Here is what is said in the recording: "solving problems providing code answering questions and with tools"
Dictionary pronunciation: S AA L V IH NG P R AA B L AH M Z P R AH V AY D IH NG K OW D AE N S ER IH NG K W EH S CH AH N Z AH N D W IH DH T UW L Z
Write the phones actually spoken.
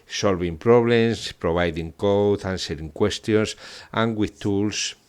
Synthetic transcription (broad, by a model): S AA L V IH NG P R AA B L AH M S P R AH B AY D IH NG K OW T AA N S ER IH NG K W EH S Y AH N S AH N W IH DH T UW L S